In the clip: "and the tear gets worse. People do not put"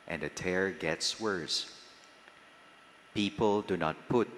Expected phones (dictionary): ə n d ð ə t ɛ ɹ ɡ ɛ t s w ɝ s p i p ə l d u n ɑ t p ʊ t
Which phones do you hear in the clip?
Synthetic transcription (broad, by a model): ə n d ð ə t ɛ ɹ ɡ ɛ t s w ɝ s p i p ə l d u n ɑ t p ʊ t